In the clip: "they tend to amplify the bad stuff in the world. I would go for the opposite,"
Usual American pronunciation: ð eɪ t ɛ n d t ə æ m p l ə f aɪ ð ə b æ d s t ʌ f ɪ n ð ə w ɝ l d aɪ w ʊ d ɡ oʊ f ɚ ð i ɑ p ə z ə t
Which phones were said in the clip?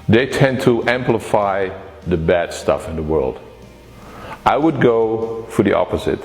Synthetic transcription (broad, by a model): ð eɪ t ɛ n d t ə æ m p l ə f aɪ ð ə b æ d s t ʌ f ɪ n ð ə w ɝ l d aɪ w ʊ d ɡ oʊ f ɚ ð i ɑ p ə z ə t